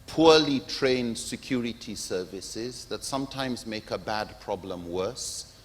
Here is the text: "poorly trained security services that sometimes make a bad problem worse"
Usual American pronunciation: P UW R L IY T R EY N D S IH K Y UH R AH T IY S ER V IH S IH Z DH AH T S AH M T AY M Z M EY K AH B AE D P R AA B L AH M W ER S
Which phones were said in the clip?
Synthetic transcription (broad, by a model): P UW L IY T R EY N D S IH K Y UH R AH T IY S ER V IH S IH Z DH AH T S AH M T AY M Z M EY K AH B AE D P R AA B L AH M W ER S